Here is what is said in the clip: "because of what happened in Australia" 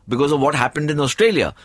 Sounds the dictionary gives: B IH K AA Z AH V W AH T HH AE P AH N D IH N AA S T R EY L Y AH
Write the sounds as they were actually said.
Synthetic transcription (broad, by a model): B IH K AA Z AH V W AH T HH AE P AH N D IH N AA S T R EY L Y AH